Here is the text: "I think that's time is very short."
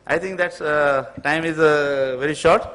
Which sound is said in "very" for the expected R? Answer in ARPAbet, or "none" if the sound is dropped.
R